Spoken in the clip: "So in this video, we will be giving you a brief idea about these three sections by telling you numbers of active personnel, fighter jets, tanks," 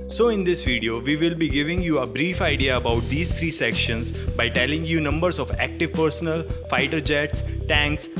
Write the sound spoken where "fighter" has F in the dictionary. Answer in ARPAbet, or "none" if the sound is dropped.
F